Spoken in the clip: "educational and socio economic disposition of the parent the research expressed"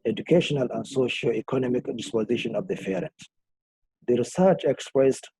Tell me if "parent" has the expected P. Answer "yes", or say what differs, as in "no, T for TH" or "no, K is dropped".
no, F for P